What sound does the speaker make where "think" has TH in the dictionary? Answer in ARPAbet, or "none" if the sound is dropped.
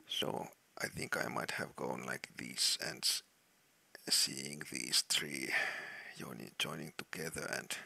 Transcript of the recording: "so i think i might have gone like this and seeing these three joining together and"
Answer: TH